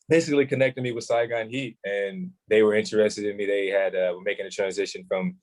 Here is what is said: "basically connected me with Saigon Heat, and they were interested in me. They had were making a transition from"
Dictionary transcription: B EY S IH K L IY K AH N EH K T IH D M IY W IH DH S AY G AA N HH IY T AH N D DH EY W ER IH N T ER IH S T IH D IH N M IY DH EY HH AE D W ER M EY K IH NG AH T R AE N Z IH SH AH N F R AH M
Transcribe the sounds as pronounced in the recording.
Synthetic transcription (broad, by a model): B EY S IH K L IY K AH N EH K T IH D M IY W IH DH S AY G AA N HH IY T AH N DH EY W ER IH N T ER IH S T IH D IH N M IY DH EY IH D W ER M EY K IH NG AH T R AE N Z IH SH AH N F R AH M